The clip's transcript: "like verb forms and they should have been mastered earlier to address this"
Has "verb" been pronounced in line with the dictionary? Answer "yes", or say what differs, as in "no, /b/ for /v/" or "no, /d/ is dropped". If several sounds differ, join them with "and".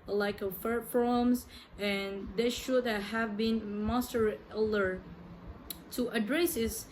no, /f/ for /v/